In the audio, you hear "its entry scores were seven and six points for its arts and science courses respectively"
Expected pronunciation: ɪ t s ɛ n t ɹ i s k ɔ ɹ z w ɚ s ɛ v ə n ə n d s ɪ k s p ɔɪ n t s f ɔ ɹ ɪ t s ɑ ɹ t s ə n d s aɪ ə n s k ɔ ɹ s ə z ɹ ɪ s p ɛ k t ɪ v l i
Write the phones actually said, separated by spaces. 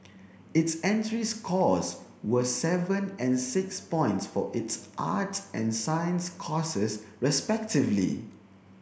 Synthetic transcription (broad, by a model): ɪ t s ɛ n t ɹ i s k ɔ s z w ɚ s ɛ v ə n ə n s ɪ k s p ɔɪ n t s f ɔ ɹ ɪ t s ɑ t ə n s aɪ ə n s k ɔ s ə s ɹ ɪ s p ɛ k t ɪ v l i